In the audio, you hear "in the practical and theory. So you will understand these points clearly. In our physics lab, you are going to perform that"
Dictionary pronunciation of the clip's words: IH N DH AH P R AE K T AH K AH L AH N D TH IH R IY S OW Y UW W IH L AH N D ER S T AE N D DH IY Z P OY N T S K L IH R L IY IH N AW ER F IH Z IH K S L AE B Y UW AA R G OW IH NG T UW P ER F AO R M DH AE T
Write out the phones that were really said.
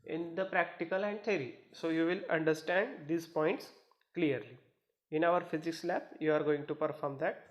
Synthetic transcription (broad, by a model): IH N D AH P R AE K T AH K AH L AH N D T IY R IY S OW Y UW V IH L AH N D ER S T AE N D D IY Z P OY N T S K L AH R L IY IH N AW ER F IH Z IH K S L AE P Y UW AA R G OW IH NG T UW P ER F AO R M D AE T